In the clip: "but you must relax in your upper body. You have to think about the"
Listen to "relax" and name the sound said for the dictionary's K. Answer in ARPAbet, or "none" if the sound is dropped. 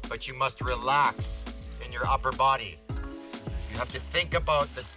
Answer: K